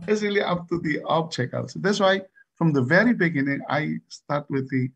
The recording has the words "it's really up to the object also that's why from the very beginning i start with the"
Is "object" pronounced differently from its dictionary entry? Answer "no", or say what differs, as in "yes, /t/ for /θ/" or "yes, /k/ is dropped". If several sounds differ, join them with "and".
yes, /tʃ/ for /dʒ/ and /t/ is dropped